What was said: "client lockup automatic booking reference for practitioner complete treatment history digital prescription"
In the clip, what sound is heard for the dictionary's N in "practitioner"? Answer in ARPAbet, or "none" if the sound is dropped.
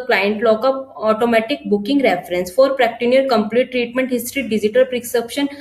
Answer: none